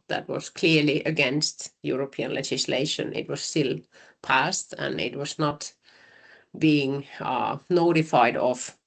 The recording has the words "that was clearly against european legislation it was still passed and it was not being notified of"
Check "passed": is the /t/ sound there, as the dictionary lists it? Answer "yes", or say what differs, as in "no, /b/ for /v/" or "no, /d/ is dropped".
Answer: yes